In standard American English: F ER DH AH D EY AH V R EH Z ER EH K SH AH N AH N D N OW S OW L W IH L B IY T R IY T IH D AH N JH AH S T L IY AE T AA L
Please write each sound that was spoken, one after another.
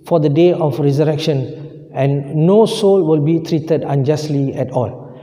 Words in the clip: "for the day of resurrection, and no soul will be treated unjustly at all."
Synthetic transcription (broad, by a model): F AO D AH D EY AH F R EH Z ER EH K SH AH N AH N N OW S OW L W IH L B IY T R IY T IH D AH N JH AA S T L IY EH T AA L